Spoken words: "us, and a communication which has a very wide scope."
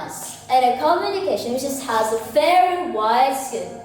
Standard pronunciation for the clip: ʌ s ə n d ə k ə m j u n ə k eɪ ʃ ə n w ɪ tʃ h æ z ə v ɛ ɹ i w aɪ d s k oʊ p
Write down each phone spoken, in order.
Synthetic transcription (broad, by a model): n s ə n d ə k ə m j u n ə k eɪ ʃ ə n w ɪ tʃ h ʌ z ə f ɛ ɹ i w aɪ d s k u